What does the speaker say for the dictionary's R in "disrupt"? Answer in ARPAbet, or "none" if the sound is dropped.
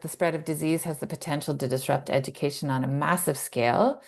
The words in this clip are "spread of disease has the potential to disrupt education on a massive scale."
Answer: R